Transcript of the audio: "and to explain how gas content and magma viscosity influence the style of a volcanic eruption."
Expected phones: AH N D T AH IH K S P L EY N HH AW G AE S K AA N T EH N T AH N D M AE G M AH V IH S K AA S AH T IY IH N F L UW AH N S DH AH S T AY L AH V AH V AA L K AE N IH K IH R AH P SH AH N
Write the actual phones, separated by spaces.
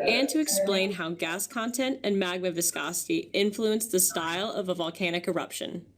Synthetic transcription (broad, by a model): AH N T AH IH K S P L EY N HH AW G AE S K AA N T EH N T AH N M AE G M AH V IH S K AA S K IY IH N F L UW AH N S DH AH S T AY L AH V AH V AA L K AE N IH K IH R AH P SH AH N